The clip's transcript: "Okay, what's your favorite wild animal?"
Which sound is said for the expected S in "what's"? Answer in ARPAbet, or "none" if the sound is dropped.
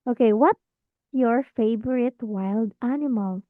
none